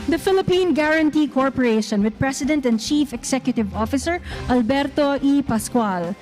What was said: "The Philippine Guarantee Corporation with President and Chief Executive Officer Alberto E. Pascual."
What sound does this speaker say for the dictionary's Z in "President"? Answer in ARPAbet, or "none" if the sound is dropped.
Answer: S